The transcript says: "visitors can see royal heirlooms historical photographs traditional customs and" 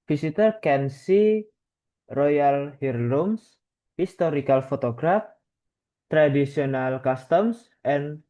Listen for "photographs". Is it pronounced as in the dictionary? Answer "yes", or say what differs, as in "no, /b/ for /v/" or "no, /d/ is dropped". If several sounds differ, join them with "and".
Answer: no, /s/ is dropped